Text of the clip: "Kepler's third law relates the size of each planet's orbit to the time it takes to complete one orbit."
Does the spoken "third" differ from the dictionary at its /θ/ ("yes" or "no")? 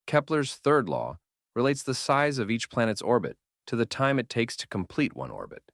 no